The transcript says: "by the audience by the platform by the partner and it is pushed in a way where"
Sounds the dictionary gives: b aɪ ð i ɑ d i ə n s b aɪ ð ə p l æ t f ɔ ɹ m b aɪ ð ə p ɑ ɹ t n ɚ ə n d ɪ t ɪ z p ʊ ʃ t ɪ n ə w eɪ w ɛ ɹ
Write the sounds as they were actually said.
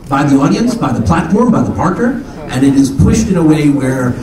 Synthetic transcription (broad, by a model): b aɪ ð i ɑ d i ə n s b aɪ ð ə p l æ t f ɔ ɹ m b aɪ ð ə p ɑ ɹ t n ɚ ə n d ɪ t ɪ z p ʊ ʃ t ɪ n ə w eɪ w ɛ ɹ